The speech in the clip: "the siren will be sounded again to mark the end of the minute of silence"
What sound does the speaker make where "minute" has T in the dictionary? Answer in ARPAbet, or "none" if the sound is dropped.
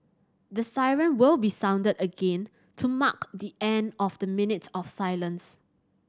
T